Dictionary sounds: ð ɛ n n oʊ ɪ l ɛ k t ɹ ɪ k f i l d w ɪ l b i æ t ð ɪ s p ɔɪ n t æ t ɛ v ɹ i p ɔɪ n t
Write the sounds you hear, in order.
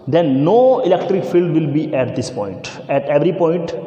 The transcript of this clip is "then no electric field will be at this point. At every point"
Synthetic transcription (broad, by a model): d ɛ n n oʊ ɪ l ɛ k t ɹ ɪ k f i l d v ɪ l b i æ t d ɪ s p ɔɪ n t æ t ɛ v ɹ i p ɔɪ n t